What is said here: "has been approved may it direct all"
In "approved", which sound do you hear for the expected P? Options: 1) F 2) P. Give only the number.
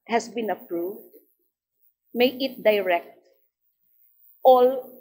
2